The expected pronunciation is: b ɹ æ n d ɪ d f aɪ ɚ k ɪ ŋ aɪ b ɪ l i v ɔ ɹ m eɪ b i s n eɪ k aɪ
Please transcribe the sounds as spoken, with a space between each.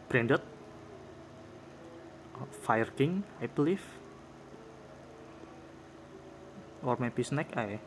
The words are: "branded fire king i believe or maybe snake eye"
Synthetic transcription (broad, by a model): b ɹ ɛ n d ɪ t f aɪ ɚ k ɪ ŋ aɪ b l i f ɔ ɹ m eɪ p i s n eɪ k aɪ